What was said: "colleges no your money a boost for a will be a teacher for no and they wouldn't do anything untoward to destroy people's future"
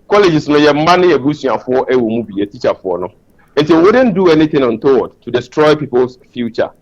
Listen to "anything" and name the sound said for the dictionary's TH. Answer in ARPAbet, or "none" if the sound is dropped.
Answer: T